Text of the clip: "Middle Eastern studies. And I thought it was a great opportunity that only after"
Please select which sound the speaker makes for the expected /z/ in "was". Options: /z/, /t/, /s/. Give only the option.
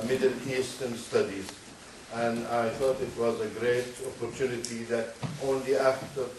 /z/